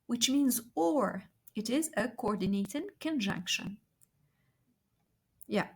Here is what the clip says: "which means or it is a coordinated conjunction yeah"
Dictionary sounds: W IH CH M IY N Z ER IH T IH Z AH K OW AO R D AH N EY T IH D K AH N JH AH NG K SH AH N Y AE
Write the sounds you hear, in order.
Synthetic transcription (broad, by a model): W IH CH M IY N Z ER IH T IH Z AH K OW AO R D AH N EY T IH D K AH N JH AH NG K SH AH N Y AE